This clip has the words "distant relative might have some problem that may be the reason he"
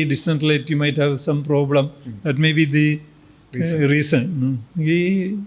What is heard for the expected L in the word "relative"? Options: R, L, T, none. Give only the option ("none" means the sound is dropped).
none